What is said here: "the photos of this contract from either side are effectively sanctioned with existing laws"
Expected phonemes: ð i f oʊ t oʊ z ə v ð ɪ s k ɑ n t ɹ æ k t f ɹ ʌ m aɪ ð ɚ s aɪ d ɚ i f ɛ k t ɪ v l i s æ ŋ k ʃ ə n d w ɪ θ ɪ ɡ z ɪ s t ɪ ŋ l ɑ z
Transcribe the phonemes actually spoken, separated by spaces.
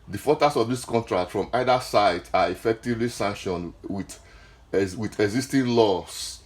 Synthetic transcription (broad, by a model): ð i f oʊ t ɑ s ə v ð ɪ s k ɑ n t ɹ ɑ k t f ɹ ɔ m aɪ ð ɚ s aɪ d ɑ i f ɛ k t ɪ v l i s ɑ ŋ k ʃ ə n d w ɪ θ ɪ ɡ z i s t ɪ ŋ l ɑ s